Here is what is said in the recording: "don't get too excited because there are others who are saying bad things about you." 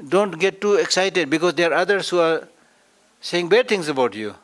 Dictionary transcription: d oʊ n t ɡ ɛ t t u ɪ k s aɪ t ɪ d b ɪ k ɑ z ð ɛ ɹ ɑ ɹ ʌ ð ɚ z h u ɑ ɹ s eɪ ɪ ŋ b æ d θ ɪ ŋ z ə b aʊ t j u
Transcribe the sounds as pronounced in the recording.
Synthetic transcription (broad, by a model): d oʊ n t ɡ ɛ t t u ɪ k s aɪ t ɪ d b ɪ k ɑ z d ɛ ɑ ɹ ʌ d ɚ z h u ɑ ɹ s eɪ ɪ ŋ b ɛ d t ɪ ŋ s ə b aʊ t j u